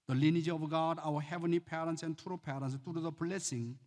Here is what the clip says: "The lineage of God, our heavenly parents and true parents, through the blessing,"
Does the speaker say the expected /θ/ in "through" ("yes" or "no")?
no